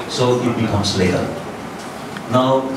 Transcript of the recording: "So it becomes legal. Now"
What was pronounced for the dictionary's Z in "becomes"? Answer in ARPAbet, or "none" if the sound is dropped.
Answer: S